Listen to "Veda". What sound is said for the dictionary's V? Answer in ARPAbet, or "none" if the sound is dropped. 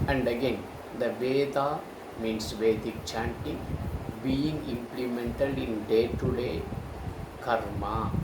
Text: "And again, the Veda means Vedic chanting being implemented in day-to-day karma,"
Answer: V